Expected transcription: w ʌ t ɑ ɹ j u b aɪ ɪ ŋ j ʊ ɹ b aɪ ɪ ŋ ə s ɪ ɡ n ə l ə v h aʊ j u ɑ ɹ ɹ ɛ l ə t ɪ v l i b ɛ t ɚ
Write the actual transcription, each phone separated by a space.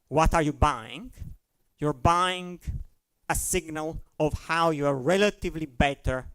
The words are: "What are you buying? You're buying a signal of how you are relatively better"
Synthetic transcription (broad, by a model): w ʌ t ɑ ɹ j u b aɪ ɪ ŋ j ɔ ɹ b aɪ ɪ ŋ ə s ɪ ɡ n ə l ə v h aʊ j u ɑ ɹ ɹ ɛ l ə t ɪ v l i b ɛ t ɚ